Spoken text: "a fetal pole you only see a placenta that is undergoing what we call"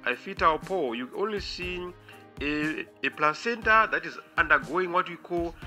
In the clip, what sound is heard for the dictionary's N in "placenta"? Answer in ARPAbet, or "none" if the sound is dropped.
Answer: N